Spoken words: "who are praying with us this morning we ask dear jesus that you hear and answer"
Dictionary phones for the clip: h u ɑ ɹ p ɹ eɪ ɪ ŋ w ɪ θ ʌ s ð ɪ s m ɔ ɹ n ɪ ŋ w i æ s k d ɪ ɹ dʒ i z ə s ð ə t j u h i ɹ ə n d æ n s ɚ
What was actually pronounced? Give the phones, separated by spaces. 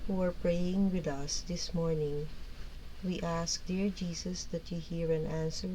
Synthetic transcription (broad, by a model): h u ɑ ɹ p ɹ eɪ ɪ ŋ w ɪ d ʌ s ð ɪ s m ɔ ɹ n ɪ ŋ w i æ s k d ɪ ɹ dʒ i s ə s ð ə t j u h i ɹ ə n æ n s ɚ